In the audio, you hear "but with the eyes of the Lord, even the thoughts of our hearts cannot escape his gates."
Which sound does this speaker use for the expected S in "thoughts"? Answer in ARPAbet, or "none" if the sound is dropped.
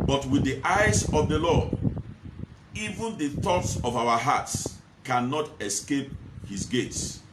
S